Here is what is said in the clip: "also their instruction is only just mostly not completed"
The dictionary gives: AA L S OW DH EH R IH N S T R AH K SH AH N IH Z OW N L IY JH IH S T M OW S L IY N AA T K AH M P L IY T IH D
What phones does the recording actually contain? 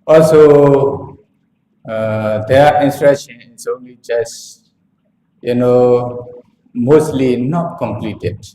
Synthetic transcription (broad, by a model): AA L S OW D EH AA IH N S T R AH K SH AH N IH S OW N L IY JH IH S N M OW S L IY N AA T K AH M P L IY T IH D